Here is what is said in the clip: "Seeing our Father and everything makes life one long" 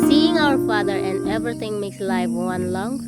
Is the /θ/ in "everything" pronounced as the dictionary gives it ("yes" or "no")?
no